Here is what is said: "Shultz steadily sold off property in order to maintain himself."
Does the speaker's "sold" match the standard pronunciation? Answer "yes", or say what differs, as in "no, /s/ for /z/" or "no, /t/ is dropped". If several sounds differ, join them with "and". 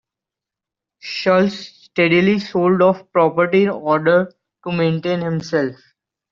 yes